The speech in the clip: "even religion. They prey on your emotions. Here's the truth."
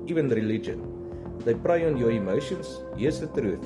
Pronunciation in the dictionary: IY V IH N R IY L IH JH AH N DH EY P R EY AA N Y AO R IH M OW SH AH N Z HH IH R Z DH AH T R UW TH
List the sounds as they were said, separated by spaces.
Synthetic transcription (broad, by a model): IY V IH N R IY L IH JH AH N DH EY P R EY AA N Y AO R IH M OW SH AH N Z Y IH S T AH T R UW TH